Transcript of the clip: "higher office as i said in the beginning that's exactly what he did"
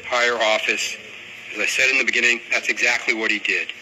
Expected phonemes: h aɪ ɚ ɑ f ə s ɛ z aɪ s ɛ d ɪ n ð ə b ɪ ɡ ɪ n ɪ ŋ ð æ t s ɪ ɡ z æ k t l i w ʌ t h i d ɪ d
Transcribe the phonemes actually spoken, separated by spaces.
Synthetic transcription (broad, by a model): h aɪ ɚ ɑ f ə s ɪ z aɪ s ɛ d ɪ n ð ə b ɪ ɡ ɪ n ɪ ŋ ð æ t s ɪ ɡ z æ k t l i w ʌ t h i d ɪ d